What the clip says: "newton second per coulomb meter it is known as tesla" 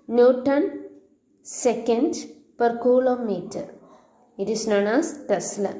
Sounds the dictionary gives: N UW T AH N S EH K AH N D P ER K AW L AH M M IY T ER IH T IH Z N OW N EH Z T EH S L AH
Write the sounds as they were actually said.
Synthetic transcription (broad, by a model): N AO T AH N S EH K AH N D P ER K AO L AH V M IY T ER IH T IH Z N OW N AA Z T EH S L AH